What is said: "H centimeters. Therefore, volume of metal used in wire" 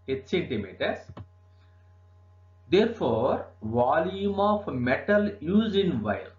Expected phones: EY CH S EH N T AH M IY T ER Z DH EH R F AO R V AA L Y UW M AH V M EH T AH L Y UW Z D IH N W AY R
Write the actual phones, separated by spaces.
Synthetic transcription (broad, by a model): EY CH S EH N T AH M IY T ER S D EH R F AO R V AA L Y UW M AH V M EH T AH L Y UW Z IH N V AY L